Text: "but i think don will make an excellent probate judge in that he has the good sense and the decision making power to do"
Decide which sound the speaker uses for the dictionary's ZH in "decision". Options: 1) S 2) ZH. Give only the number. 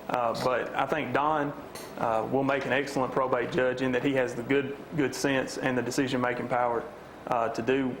2